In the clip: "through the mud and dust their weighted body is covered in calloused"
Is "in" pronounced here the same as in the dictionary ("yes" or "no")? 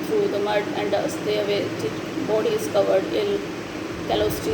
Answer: no